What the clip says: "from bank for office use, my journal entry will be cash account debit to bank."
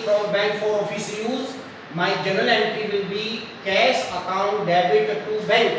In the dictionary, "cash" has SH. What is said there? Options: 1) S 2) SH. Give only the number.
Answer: 1